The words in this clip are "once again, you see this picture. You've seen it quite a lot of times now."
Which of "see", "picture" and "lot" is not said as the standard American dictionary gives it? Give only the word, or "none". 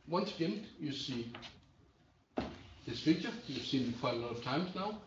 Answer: picture